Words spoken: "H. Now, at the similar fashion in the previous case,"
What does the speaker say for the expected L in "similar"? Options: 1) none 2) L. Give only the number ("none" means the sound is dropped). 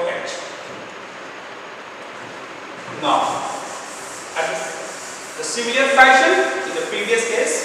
1